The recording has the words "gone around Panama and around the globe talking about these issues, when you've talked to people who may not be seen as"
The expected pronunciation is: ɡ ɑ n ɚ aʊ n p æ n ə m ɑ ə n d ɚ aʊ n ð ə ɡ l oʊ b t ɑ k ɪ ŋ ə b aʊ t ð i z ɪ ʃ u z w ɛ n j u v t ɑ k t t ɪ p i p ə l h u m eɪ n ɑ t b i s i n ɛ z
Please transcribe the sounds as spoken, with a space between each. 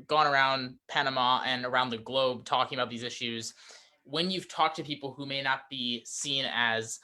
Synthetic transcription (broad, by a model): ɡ ɑ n ɚ aʊ n p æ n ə m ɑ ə n ɚ aʊ n ð ə ɡ l oʊ b t ɑ k ɪ ŋ ə b aʊ t ð i z ɪ ʃ u z w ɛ n j u v t ɑ k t t ɪ p i p l h u m eɪ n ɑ t b i s i n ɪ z